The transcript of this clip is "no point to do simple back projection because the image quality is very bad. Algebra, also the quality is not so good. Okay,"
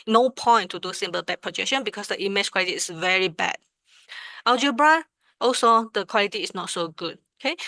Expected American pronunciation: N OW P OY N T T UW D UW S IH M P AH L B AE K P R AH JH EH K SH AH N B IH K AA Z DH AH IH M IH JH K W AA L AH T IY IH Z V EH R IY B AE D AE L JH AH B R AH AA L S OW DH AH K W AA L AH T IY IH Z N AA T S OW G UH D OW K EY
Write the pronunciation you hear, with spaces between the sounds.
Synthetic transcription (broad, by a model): N OW P OY N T T UW D UW S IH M B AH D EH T P R AH JH EH K SH AH N B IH K AA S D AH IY M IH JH K W AA L AH T IY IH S V EH R IY B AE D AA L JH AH B R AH AA L S OW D AH K W AA L AH T IY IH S N AA T S OW G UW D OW K EY